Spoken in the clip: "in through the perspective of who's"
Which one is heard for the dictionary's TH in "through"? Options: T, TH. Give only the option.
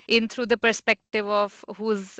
T